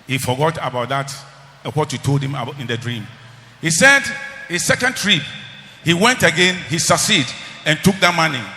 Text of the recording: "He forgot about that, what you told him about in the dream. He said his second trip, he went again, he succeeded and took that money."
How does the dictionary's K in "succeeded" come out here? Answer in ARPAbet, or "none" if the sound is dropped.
none